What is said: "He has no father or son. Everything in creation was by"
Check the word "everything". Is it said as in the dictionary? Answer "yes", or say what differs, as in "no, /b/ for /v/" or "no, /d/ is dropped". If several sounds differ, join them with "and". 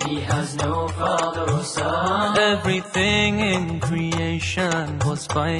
yes